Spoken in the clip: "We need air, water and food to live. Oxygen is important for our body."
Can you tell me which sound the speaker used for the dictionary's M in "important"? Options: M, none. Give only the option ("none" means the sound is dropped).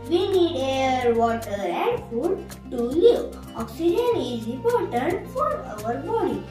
none